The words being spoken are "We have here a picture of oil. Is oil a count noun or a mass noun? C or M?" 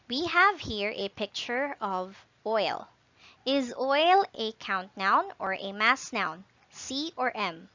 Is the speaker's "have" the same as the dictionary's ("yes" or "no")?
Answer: yes